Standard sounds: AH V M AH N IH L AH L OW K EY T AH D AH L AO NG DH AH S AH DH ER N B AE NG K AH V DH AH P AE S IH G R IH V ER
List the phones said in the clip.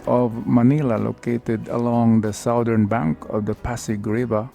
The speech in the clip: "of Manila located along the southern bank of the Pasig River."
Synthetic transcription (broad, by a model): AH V M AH N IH L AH L OW K EY T AH D AH L AO NG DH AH S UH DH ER N B AE NG K AH V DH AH P AE S IH G R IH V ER